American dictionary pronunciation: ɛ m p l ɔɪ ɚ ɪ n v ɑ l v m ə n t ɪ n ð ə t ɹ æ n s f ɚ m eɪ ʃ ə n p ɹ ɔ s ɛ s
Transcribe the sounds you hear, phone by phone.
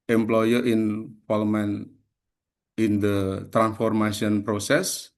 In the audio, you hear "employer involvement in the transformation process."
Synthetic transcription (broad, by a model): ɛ m p l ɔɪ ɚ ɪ n p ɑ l m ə n ɪ n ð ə t ɹ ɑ n s f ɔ m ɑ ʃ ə n p ɹ ɔ s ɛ s